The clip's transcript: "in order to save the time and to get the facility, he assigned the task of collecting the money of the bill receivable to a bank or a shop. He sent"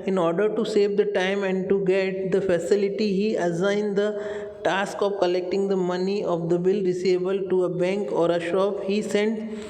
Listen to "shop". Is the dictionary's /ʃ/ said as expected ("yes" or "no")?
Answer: yes